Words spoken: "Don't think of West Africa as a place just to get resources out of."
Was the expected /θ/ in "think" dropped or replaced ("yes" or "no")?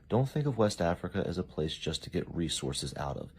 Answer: no